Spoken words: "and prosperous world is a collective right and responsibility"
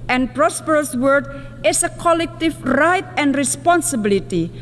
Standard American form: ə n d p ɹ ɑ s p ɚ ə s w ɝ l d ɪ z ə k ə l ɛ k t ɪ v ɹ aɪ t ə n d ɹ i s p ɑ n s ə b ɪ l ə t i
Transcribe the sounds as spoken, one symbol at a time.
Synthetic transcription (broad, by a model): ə n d p ɹ ɑ s p ɚ ə s w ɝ d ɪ s ə k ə l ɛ k t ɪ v ɹ aɪ t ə n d ɹ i s p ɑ n s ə b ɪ l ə t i